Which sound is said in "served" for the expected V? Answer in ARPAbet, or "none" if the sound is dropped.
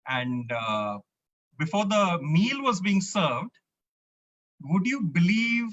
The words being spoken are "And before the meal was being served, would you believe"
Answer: V